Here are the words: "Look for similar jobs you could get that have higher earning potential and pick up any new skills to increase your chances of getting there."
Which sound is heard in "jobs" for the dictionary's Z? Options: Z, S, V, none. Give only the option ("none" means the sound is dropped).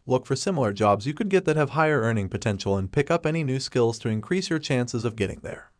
Z